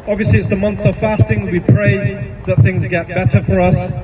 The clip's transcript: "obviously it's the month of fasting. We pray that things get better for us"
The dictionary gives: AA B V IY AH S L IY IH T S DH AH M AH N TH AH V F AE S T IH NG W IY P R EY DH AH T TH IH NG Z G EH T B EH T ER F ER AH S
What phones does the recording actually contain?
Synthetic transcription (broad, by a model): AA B V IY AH S L IY IH T S DH AH M AH N TH AH V F AE S T IH NG W IY P R EY DH AH T TH IH NG Z G EH T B EH T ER F ER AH S